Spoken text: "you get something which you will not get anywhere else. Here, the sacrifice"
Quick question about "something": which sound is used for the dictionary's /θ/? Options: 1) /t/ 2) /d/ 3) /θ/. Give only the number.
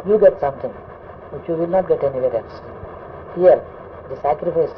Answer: 1